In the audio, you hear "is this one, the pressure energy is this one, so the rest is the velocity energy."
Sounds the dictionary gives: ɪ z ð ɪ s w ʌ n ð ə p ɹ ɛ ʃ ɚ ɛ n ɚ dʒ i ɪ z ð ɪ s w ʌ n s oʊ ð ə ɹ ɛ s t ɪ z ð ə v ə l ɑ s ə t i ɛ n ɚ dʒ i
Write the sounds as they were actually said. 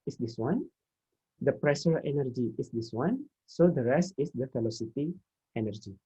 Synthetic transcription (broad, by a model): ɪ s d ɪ s w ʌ n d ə p ɹ ɛ ʃ ɚ ɛ n ɚ dʒ i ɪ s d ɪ s w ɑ n s oʊ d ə ɹ ɛ s t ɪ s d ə f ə l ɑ s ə t i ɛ n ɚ dʒ i